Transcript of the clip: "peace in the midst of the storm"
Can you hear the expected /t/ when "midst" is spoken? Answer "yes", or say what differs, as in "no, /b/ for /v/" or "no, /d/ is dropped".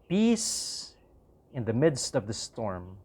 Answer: yes